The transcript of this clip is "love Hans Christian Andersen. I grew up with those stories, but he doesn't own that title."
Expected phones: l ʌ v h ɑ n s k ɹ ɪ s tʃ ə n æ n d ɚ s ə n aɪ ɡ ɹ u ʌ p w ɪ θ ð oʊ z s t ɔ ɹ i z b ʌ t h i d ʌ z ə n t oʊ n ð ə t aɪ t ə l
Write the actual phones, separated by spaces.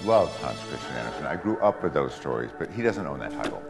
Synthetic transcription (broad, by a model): l ʌ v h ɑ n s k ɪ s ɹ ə æ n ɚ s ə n aɪ ɡ ɹ u ʌ p w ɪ ð oʊ z s t ɔ ɹ i z b ʌ t h i d ʌ z ə n t oʊ n ð ə t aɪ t l